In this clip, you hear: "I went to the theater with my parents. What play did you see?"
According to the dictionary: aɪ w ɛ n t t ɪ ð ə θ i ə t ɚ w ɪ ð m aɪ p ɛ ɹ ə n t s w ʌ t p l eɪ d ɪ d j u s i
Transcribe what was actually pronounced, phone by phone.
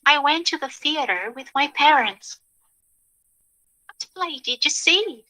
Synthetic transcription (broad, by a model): aɪ w ɛ n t t ɪ ð ə θ i ə t ɚ w ɪ ð m aɪ p ɛ ɹ ə n t s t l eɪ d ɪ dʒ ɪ s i